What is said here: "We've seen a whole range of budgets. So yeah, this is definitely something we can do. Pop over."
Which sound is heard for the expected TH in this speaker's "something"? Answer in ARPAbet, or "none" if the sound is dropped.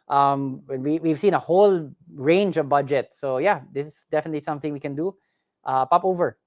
TH